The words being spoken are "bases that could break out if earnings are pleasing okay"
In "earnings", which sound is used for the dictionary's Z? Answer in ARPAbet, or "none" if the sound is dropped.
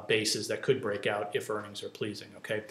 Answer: Z